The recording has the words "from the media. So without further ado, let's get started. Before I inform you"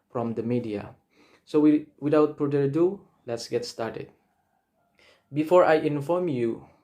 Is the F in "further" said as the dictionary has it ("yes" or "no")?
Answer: no